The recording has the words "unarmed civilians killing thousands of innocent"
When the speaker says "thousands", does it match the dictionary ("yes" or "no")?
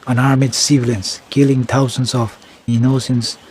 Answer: no